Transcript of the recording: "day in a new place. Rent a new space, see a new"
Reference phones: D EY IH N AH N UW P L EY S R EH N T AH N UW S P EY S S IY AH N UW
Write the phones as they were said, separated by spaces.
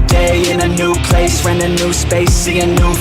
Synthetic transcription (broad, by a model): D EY IH N AH N UW P L EY S W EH N AH N UW S P EY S S IY AH N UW